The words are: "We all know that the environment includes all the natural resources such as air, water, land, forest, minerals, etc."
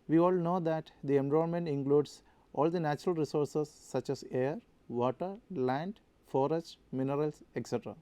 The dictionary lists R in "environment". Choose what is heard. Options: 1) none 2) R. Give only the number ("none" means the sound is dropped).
1